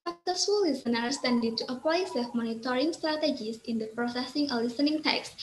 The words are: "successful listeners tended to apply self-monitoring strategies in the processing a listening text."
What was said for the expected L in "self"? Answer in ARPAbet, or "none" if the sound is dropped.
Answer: none